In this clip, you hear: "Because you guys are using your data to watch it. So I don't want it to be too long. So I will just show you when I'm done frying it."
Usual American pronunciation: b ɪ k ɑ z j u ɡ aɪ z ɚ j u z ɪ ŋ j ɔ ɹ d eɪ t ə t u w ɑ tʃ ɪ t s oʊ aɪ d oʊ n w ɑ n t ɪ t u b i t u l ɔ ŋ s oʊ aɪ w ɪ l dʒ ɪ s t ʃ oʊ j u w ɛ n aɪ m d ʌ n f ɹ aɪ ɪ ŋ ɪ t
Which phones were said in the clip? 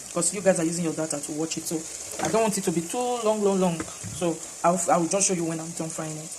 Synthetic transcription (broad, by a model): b k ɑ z j u ɡ aɪ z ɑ j u z ɪ ŋ j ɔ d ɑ t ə t u w ɑ tʃ ɪ t s oʊ aɪ d oʊ n w ɑ n t ɪ t u b i t u l ɔ ŋ s oʊ aɪ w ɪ w dʒ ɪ s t ʃ oʊ j u w ɛ n aɪ m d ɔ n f ɹ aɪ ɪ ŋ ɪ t